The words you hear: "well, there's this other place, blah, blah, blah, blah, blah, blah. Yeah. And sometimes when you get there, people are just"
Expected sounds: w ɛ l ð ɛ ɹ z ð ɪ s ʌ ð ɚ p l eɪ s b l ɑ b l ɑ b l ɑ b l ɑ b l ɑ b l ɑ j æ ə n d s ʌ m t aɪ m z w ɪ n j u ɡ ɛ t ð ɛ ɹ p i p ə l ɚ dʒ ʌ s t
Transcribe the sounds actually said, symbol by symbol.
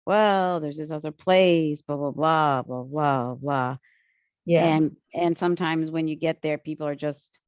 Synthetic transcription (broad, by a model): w ɛ l ð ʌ ɹ z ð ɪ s ʌ ð ɚ p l eɪ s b ɑ b l ɑ b l ɑ b l ɑ b l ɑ b l ɑ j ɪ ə n s ʌ m t aɪ m z w ɪ n j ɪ ɡ ɛ t ð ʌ ɹ p i p l ɚ dʒ ʌ s t